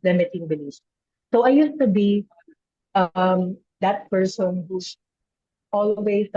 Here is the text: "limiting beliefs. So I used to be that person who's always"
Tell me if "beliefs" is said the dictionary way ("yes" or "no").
no